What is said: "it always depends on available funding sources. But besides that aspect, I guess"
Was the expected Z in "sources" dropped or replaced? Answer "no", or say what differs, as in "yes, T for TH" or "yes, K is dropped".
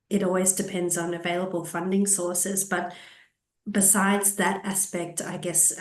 no